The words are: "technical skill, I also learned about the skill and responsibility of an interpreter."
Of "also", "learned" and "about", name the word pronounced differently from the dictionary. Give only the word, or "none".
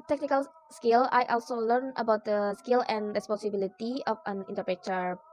learned